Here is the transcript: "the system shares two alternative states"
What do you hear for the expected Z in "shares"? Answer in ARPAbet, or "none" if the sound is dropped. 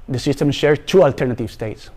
none